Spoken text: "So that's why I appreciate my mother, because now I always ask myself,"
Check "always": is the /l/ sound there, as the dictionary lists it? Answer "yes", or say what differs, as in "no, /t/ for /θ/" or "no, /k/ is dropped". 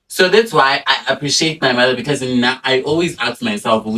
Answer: yes